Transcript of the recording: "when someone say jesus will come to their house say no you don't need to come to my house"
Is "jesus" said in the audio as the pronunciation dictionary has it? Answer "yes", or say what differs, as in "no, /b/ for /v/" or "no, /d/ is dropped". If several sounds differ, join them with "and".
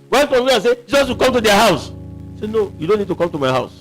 yes